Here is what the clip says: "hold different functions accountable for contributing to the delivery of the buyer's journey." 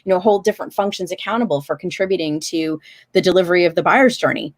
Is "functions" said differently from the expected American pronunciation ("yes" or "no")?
no